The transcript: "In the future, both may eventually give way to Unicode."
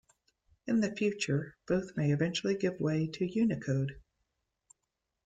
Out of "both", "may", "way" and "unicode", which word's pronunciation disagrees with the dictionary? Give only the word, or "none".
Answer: none